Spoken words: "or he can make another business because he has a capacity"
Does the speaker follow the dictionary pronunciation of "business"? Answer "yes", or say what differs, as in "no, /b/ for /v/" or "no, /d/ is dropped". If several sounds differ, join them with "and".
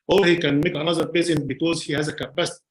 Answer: no, /n/ is dropped